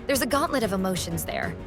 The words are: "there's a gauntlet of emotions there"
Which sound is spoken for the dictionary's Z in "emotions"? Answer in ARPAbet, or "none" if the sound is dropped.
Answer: Z